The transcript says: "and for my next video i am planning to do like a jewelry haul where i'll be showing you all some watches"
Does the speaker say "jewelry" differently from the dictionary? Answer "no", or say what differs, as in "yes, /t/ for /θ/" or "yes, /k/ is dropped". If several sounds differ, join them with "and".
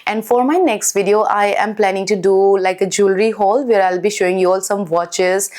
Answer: no